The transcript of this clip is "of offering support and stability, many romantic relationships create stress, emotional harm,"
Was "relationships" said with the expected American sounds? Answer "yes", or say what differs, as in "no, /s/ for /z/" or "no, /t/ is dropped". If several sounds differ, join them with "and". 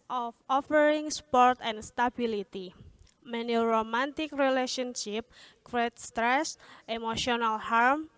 no, /s/ is dropped